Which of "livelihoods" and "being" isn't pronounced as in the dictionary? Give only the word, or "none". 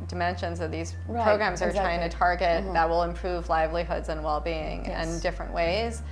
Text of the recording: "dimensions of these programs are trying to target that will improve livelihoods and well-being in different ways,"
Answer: none